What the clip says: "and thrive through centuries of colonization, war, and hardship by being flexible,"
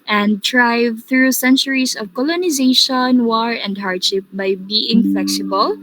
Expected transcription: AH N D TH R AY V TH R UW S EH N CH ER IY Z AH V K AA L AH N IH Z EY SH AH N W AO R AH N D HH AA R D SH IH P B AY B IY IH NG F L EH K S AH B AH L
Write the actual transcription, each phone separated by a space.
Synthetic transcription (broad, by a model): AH N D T R AY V TH R UW S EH N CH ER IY S AH V K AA L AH N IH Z EY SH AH N W AO R AH N D HH AA R D SH IH P B AY B IY IH NG F L EH K S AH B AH L